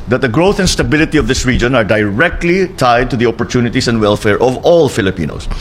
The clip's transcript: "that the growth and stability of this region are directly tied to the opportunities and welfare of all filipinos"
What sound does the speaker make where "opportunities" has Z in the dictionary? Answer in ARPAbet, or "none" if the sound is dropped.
S